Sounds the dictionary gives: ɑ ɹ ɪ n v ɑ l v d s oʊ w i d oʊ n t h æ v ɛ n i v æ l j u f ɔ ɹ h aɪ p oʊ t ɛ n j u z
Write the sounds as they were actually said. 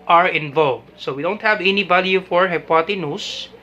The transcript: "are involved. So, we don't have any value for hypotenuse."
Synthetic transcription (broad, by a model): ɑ ɹ ɪ n v ɑ l v d s oʊ w i d oʊ n t h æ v ɛ n i b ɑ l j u f ɔ ɹ h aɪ p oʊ t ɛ n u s